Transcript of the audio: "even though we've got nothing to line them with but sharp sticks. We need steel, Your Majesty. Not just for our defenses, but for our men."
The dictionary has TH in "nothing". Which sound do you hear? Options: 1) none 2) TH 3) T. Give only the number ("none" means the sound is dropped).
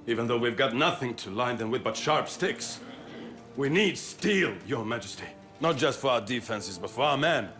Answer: 2